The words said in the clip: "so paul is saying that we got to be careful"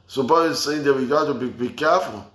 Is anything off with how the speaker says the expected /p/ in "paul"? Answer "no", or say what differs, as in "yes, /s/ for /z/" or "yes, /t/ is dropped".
yes, /b/ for /p/